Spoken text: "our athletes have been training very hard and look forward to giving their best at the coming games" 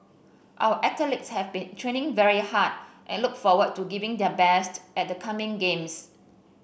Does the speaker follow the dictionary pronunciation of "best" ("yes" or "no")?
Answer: yes